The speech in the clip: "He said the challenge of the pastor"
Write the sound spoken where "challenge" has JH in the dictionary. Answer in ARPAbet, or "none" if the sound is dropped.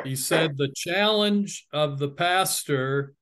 JH